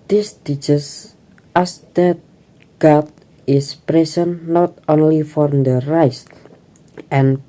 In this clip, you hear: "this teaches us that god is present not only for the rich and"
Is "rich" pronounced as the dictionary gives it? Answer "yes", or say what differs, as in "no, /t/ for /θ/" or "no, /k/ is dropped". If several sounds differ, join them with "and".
no, /s/ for /tʃ/